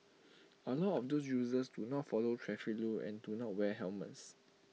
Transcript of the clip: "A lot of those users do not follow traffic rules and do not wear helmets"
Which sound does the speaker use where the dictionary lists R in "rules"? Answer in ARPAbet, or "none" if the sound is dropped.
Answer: L